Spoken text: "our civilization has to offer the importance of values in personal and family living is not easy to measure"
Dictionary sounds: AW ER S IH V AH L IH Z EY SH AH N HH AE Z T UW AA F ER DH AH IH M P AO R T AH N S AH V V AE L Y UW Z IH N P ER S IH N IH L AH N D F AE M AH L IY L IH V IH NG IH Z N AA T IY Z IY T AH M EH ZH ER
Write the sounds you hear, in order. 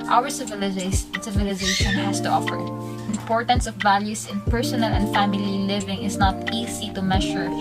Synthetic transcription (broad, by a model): AW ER S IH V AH L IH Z EY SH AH N HH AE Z T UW AA F ER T IH M P AO R T AH N S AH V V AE L Y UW S IH N P ER S IH N IH L AH N D F AE M AH L IY L IH V IH NG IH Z N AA T IY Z IY T AH M EH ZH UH